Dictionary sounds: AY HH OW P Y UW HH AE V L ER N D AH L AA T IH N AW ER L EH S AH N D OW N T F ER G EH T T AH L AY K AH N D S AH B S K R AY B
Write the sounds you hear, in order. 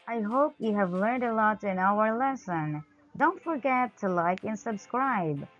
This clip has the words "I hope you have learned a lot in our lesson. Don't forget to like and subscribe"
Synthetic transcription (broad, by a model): AY HH OW P Y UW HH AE V L ER N D AH L AA T IH N AW ER L EH S AH N D OW N T F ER G EH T T AH L AY K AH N S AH B S K R AY B